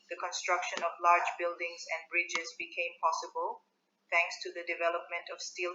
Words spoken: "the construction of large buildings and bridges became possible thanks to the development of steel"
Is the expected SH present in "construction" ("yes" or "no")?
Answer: yes